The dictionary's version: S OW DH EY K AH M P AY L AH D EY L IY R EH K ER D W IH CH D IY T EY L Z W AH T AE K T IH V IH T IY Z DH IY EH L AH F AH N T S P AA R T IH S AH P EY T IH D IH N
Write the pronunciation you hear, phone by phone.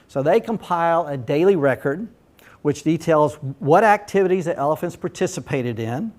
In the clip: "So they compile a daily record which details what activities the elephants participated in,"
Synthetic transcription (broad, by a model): S OW DH EY K AH M P AY L AH D EY L IY R EH K ER D W IH CH D IY T EY L Z W AH T AE K T IH V IH T IY Z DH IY EH L AH F AH N T S P AA R T IH S AH P EY T IH D IH N